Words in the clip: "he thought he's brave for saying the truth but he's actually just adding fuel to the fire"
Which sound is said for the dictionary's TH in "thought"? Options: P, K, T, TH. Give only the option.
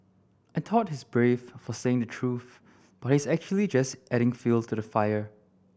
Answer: T